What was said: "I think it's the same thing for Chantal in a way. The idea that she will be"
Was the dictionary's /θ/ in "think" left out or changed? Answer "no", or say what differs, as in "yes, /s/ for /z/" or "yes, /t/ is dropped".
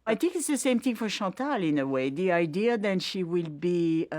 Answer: no